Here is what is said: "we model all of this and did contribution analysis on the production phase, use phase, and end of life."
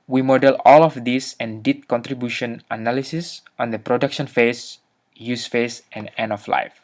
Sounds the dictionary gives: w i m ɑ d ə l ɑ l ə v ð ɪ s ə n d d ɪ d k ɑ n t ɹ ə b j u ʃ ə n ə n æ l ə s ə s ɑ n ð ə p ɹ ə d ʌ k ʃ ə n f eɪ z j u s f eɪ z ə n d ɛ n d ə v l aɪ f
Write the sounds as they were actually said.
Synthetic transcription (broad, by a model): w i m ɑ d ə l ɑ l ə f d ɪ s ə n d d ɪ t k ɑ n t ɹ ə b j u ʃ ə n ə n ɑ l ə s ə s ɑ n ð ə p ɹ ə d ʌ k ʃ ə n f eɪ s j u s f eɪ s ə n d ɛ n ə f l aɪ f